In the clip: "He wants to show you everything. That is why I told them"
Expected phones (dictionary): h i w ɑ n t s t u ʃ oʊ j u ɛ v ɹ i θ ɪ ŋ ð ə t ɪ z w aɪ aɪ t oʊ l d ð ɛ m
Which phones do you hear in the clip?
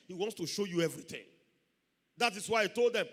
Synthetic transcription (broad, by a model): h i w ɑ n t s t u ʃ oʊ j u ɛ v ɹ i θ ɪ ŋ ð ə t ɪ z w aɪ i t oʊ l d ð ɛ m